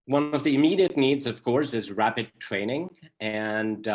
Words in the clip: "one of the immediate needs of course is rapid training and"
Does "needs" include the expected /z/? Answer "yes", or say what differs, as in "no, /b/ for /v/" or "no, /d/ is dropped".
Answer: yes